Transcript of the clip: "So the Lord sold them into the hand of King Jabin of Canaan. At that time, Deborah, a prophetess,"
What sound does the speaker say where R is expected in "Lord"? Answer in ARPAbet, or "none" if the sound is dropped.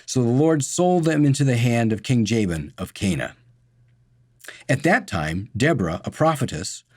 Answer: R